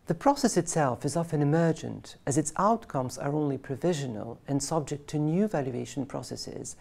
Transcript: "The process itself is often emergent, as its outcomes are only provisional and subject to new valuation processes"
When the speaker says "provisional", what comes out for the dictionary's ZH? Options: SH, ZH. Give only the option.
ZH